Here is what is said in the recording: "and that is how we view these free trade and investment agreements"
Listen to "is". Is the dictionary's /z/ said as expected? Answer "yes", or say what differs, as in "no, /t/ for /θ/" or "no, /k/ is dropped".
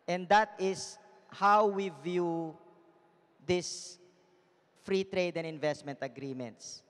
no, /s/ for /z/